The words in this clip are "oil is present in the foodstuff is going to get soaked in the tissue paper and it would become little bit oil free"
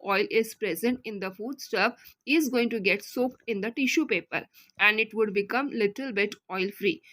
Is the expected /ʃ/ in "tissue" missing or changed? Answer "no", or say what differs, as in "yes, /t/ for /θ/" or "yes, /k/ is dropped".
no